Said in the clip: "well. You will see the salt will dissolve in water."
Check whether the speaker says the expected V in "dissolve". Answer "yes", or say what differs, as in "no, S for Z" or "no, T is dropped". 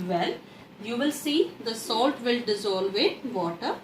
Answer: yes